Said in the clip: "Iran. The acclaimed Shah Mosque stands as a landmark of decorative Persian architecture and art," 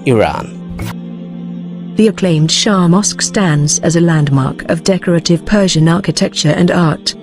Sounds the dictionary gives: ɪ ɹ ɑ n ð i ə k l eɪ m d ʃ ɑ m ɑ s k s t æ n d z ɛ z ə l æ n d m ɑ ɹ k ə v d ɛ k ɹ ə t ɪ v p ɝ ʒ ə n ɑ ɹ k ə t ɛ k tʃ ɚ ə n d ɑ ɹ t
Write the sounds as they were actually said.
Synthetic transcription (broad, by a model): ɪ ɹ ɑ n ð i ə k l eɪ m d ʃ ɑ m ɑ s k s t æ n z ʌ z ə l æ n d m ɑ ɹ k ə v d ɛ k ɹ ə t ɪ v p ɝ ʒ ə n ɑ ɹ k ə t ɛ k tʃ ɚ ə n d ɑ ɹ t